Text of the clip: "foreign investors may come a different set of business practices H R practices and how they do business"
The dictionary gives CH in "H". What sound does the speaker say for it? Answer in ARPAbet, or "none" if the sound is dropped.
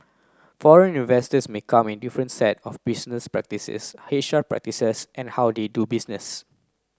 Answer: SH